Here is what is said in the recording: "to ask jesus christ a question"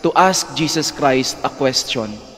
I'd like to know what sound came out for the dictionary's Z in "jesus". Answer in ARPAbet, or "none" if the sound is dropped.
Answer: S